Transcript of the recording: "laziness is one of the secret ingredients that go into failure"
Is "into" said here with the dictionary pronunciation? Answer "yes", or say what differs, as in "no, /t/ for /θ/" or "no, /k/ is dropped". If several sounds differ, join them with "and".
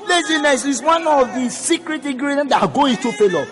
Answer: no, /n/ is dropped